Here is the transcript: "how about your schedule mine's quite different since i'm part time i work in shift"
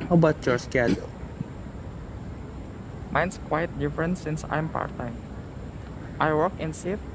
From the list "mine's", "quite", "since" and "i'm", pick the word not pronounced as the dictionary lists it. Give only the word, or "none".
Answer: mine's